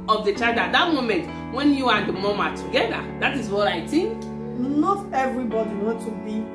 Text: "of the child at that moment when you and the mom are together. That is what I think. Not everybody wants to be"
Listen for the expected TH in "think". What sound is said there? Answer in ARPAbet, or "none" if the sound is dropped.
T